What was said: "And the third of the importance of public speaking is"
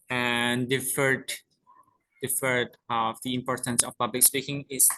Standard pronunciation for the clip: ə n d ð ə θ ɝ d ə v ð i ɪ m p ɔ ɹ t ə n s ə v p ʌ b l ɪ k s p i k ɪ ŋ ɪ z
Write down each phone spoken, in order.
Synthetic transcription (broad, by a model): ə n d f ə f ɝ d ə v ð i ɪ m p ɔ ɹ t ə n s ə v p ʌ b l ɪ k s p i k ɪ ŋ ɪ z